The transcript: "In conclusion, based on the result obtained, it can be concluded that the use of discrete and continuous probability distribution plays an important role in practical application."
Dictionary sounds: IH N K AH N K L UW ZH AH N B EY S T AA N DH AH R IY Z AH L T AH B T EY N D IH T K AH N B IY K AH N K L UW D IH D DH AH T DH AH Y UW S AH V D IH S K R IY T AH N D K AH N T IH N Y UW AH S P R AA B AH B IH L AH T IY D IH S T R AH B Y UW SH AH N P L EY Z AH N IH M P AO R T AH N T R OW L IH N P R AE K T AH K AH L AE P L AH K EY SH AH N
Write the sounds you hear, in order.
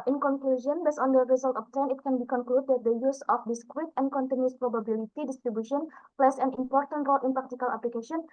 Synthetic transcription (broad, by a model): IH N K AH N K L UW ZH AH N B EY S AA N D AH R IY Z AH L T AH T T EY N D IH T K AH N B IY K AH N K L UW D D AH T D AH Y UW S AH F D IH S K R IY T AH N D K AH N T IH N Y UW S P R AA B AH B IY L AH T IY D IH S T R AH B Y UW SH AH N P L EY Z AH N IH M P AO R T AH N T R OW L IH N P R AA K T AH K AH L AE P L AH K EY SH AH N